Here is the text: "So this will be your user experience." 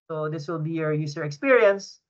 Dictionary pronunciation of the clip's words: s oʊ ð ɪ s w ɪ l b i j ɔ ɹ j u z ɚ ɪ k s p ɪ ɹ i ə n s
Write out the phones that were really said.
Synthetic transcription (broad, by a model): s oʊ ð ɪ s w ɪ l b i j ɔ ɹ j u s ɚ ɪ k s p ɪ ɹ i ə n s